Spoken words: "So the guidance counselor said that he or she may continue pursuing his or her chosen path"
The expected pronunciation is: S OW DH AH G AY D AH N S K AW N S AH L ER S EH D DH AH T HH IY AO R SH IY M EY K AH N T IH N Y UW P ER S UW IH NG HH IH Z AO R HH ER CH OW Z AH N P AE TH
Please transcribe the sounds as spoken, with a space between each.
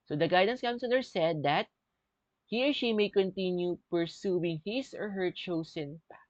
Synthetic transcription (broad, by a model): S OW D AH G AY D AH N S K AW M S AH L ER S EH D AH T HH IY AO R SH IY M EY K AH N T IH N Y UW P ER S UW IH NG HH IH S AO R HH ER CH OW S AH N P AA